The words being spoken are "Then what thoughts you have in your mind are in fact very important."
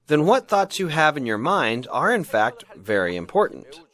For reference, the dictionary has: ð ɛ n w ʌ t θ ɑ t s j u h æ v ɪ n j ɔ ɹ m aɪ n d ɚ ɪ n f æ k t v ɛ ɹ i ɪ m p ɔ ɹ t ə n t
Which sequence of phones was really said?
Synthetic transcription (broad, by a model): ð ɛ n w ʌ t θ ɑ t s j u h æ v ɪ n j ɔ ɹ m aɪ n d ɚ ɪ n f æ k t v ɛ ɹ i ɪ m p ɔ ɹ t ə n t